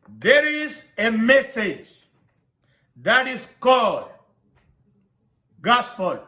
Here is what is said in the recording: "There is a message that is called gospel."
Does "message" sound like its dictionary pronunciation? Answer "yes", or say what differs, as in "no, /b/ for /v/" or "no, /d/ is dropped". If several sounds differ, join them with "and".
yes